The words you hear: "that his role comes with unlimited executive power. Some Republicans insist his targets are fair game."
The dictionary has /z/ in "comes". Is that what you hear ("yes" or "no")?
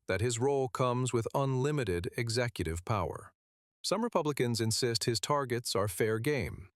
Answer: yes